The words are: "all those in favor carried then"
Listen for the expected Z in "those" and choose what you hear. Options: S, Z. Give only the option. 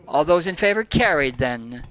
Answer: Z